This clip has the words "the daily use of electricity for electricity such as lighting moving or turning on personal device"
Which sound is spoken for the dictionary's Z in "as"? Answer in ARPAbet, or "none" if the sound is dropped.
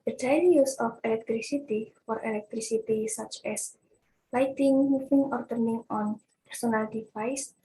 S